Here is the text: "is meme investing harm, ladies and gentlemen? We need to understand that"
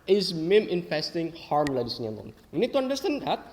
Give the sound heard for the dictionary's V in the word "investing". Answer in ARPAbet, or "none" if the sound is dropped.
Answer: F